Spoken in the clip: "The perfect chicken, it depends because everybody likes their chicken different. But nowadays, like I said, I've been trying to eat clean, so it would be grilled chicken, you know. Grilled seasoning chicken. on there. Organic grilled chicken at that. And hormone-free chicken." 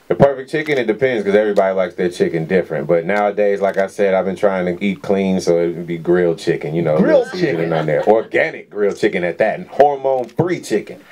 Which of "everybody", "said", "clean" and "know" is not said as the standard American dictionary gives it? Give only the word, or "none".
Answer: none